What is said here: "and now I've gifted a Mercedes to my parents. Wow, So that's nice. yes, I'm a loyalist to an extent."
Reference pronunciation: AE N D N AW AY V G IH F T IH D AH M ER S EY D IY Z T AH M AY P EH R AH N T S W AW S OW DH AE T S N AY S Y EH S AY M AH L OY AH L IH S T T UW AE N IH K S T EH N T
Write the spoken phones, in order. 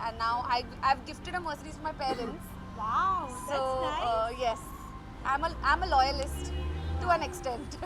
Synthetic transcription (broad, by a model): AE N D N AW AY V G IH F T IH D AH M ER S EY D IY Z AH M AY P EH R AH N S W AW S OW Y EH S AY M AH AY M AH L OY AH L IH S T T UW AE N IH K S T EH N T